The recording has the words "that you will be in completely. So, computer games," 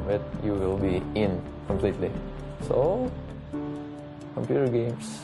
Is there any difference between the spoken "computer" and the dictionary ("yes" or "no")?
no